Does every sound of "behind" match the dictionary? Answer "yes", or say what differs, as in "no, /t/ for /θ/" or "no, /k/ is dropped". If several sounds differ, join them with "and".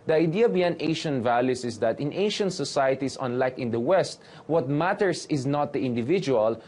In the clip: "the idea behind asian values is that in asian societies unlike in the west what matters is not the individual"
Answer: no, /d/ is dropped